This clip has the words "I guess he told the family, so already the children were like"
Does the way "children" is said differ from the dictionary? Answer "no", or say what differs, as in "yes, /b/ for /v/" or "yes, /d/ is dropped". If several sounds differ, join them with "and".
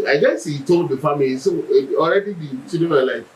yes, /l/ is dropped